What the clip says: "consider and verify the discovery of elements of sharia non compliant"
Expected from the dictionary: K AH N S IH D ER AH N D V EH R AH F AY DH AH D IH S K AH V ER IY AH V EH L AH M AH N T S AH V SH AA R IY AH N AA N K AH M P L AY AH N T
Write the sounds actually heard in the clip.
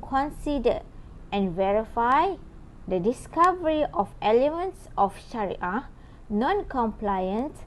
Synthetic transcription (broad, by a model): K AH N S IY D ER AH N V EH R AH F AY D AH D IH S K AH V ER IY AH F EH L AH M AH N T S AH F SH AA R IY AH N AA N K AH M P L AY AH N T